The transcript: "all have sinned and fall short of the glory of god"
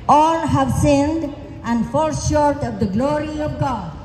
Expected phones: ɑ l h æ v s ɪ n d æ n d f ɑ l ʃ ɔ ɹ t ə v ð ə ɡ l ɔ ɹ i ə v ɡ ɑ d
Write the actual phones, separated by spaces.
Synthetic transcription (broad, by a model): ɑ l h æ v s ɪ n d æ n d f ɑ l ʃ ɔ ɹ t ə v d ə ɡ l ɔ ɹ i ə v ɡ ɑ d